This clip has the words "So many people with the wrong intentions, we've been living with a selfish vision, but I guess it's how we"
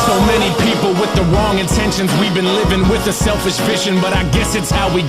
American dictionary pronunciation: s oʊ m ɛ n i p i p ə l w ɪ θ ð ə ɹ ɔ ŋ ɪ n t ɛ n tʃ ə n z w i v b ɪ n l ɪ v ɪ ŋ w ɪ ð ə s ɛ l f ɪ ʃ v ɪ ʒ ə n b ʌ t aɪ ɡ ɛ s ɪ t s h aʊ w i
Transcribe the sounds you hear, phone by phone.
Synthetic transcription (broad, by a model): s oʊ m ɛ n i p i p l w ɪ ð ə ɹ ɔ ŋ ɪ n t ɛ n ʃ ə n z w i v b ɪ n l ɪ v ɪ ŋ w ɪ ð ə s ɛ l f ɪ ʃ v ɪ ʃ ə n b ʌ t aɪ ɡ ɛ s ɪ t s h aʊ w i